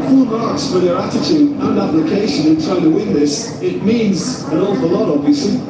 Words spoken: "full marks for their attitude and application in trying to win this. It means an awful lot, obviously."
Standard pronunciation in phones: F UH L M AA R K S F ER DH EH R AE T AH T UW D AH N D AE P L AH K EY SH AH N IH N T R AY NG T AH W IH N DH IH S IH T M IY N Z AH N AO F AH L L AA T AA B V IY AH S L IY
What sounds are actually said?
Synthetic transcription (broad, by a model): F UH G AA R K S F ER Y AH R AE T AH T UW D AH N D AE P L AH K EY SH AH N IH N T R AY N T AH W IH N DH IH S IH T M IY N Z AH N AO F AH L L AA T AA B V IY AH S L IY